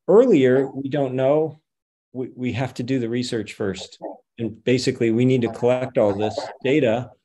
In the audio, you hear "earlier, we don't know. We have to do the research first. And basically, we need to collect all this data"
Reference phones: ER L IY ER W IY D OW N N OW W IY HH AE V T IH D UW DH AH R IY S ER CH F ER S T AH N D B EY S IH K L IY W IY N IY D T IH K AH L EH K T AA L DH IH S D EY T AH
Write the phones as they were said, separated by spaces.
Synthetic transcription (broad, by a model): ER L IY ER W IY D OW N N OW W IY HH AE F T IH D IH DH AH R IY S ER CH F ER S T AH N B EY S IH K L IY W IY N IY D T IH K AH L EH K T AA L DH IH S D EY T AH